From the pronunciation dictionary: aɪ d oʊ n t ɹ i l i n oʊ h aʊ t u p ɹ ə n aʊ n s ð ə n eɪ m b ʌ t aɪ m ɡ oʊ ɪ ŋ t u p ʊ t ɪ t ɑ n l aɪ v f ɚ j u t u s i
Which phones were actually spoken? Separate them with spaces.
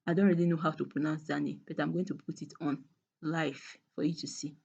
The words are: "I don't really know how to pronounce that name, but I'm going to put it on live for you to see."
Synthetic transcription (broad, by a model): aɪ d oʊ n t ɹ i l i n oʊ h aʊ t u p ɹ ə n aʊ n s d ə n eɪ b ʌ t aɪ m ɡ oʊ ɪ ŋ t u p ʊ t ɪ t ɑ n l aɪ f f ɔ j u t u s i